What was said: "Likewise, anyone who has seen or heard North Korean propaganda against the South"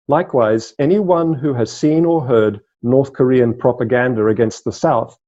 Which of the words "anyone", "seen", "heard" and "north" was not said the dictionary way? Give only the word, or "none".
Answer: none